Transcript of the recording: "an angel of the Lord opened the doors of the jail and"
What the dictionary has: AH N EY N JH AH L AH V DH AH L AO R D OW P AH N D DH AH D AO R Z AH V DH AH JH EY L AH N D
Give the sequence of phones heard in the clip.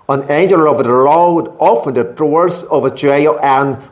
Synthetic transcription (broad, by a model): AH N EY N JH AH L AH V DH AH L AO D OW F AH N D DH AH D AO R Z AH V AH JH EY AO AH N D